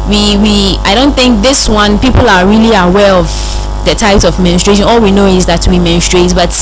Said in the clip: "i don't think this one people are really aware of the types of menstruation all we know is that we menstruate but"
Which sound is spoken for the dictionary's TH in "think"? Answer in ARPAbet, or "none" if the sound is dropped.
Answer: TH